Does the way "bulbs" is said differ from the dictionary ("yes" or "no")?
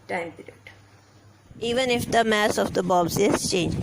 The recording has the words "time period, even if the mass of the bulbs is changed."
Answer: yes